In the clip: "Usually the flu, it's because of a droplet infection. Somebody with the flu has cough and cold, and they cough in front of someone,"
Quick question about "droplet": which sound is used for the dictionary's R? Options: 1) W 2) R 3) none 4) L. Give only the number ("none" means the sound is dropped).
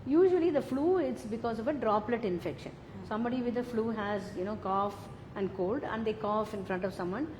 2